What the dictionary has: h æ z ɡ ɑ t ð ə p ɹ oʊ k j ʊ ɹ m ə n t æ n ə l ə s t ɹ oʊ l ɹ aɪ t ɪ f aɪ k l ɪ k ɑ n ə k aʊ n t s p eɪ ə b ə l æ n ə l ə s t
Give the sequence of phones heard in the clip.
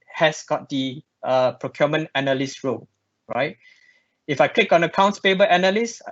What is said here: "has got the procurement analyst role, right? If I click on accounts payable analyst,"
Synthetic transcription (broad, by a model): h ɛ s ɡ ɑ t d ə p ɹ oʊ k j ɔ m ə n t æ n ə l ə s ɹ oʊ l ɹ aɪ t ɪ f aɪ k l ɪ k ɑ n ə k aʊ n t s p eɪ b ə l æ n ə l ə s